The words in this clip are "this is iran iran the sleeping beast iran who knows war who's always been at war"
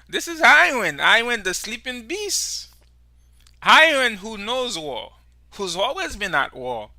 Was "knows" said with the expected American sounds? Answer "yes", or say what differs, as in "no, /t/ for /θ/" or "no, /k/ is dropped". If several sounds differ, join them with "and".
yes